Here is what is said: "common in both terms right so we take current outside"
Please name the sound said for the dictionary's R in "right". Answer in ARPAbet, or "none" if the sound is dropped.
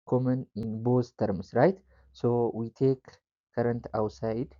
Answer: R